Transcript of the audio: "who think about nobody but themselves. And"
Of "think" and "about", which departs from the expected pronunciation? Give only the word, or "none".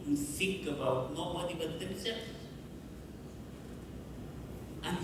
think